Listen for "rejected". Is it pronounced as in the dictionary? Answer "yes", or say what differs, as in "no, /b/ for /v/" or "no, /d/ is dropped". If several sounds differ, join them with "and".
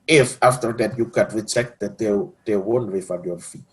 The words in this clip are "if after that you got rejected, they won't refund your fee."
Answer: no, /tʃ/ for /dʒ/